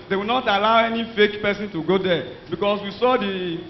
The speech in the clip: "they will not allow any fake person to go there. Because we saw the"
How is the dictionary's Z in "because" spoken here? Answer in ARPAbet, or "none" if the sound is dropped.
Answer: S